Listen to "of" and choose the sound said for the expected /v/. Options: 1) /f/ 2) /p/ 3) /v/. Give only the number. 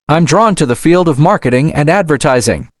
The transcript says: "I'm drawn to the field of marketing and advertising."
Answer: 3